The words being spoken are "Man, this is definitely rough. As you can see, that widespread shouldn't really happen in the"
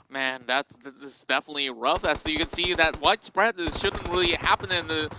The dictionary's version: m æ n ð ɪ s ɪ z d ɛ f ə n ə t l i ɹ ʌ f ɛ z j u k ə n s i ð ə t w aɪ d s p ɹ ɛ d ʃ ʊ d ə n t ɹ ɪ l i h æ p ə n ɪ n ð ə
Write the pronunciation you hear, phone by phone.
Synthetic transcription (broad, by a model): m æ n ð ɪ s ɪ s d ɛ f ə n ə t l i ɹ ʌ f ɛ s j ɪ k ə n s i ð ə t w aɪ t s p ɹ ɛ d ʃ ʊ d n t ɹ ɪ l i h æ p ə n ɪ n ð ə